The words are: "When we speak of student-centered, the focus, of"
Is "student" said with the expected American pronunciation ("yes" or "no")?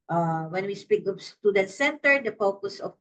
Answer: no